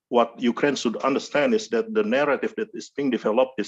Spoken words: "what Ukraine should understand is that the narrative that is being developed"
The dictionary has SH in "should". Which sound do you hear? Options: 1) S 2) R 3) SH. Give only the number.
1